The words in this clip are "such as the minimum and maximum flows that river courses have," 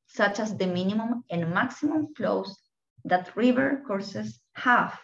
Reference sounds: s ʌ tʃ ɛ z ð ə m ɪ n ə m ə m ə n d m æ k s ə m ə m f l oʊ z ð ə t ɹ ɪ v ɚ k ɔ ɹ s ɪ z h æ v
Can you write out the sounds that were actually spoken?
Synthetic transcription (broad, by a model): s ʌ tʃ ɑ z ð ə m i n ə m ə m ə n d m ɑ k s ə m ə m f l oʊ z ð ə t ɹ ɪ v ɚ k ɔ ɹ s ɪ s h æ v